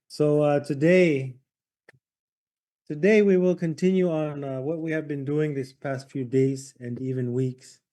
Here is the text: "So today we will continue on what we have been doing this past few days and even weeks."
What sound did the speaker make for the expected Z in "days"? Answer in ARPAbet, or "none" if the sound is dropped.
Z